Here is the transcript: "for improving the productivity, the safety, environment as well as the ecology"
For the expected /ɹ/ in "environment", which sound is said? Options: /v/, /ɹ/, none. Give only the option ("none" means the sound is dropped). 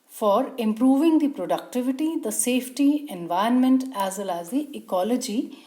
none